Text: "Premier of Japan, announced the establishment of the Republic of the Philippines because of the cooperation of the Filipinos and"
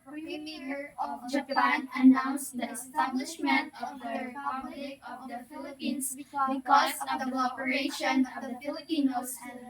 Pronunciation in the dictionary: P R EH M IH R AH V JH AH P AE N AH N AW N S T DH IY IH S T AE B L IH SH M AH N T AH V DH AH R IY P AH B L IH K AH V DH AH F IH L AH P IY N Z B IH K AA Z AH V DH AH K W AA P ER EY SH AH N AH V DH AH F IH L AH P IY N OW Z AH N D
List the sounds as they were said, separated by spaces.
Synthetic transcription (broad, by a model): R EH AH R AH V JH AH P AE N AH N AW N S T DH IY IH S T AE B L IH SH M AH N T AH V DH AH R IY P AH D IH AH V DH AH F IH L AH P IY N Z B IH K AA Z AH V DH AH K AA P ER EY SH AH N AH V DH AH F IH L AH P IY N OW AH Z